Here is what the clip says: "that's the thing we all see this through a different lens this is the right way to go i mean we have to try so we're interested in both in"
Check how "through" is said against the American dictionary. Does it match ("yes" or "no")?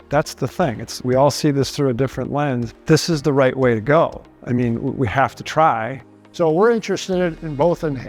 yes